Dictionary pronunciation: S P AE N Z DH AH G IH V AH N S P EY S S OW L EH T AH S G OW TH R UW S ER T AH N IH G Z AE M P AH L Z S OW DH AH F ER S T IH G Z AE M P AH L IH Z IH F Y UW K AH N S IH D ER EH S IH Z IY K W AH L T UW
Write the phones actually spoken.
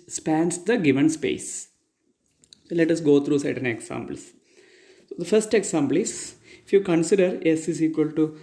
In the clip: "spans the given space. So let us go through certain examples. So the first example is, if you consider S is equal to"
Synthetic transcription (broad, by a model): S P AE N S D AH G IH V AH N S P EY S S OW L EH T AH S G OW T R UW S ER T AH N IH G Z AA M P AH L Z S OW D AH F ER S T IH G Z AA M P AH L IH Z IH F Y UW K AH N S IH D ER EH S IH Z IY K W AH L T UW